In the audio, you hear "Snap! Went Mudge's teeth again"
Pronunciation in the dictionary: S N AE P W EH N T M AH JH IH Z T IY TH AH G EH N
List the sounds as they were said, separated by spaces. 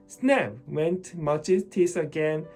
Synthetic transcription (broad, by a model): S N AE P W EH N T M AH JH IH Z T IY S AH G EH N